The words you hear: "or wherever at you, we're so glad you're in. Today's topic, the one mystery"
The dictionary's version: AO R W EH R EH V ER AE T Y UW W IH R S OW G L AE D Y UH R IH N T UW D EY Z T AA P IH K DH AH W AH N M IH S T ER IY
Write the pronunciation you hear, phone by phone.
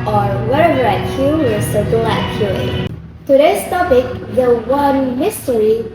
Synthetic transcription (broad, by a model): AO R W EH R EH V ER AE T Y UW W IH L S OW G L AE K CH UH L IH T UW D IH S T AA P IH K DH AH W AH N M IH S T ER IY